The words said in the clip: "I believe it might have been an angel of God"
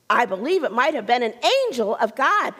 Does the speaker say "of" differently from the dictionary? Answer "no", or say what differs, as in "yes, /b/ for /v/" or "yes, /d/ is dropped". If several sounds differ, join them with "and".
no